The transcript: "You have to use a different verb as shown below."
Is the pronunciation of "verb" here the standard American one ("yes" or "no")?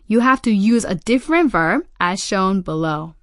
yes